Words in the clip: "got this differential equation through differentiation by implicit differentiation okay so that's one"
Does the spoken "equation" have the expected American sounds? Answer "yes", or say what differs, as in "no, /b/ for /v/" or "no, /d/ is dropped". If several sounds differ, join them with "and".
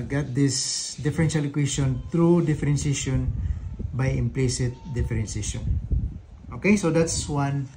no, /s/ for /ʒ/